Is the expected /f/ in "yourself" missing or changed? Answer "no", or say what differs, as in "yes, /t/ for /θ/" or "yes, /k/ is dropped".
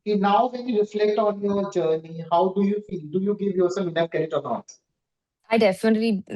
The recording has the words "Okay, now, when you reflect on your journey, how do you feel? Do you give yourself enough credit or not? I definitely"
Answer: yes, /f/ is dropped